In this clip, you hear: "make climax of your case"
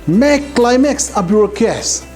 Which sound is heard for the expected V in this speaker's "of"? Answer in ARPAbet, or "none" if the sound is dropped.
P